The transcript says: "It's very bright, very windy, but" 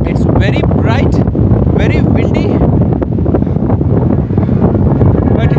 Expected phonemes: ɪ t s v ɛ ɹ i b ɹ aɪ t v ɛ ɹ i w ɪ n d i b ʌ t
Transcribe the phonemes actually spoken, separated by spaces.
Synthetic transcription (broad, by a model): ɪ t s v ɛ ɹ i b ɹ aɪ t v ɛ ɹ i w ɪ l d i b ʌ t